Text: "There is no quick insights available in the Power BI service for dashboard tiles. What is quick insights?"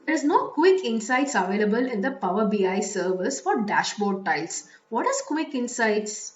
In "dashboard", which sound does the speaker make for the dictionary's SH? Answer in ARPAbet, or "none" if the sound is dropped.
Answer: SH